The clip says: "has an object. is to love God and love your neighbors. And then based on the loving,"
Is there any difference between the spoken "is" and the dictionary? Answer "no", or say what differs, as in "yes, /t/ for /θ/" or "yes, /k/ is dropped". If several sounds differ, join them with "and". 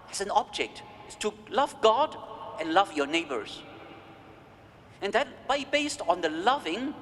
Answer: yes, /s/ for /z/